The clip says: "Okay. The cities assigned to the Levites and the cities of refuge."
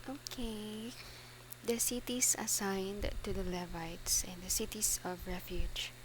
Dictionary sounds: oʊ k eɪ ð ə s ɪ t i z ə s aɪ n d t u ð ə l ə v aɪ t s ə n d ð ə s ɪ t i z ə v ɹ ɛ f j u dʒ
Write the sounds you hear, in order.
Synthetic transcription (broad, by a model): oʊ k eɪ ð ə s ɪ t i s ə s aɪ n d t u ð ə l ə v aɪ t s ə n d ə s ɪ t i s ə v ɹ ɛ f j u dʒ